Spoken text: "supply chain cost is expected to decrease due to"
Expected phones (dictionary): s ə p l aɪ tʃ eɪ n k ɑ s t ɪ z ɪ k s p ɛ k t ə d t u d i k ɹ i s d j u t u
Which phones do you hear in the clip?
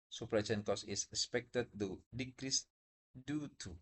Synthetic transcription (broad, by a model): s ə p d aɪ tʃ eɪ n k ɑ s ɪ s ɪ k s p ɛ k t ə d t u d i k ɹ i s d j u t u